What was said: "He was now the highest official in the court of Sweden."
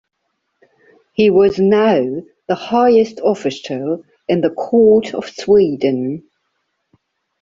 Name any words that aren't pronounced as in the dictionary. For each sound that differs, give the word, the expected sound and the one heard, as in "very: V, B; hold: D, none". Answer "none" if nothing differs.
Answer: official: SH, S